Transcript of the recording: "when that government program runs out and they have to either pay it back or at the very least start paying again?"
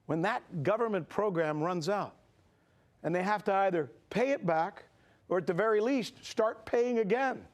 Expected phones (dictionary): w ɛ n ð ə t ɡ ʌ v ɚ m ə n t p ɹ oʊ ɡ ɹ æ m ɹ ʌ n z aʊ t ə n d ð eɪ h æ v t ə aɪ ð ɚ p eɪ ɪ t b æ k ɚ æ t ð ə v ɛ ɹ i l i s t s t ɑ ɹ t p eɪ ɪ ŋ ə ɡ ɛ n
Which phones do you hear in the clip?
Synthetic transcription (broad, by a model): w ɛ n ð ə t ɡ ʌ v ɚ m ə n p ɹ oʊ ɡ ɹ æ m ɹ ʌ n z aʊ t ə n ð eɪ h æ f t ə aɪ ð ɚ p eɪ ɪ t b æ k ɚ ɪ t ð ə v ɛ ɹ i l i s t s t ɑ ɹ t p eɪ ɪ ŋ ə ɡ ɛ n